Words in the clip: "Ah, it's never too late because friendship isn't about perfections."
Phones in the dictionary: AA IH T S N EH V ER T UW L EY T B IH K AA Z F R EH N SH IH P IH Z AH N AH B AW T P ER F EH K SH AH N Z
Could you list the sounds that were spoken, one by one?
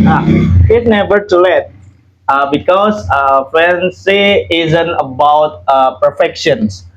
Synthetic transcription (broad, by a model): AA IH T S N EH V ER T UW L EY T B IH K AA S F EH N S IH IH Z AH N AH B AW T P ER F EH K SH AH N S